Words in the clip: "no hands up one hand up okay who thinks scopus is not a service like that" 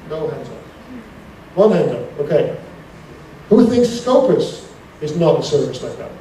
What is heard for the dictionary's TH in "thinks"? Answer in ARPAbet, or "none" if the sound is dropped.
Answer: TH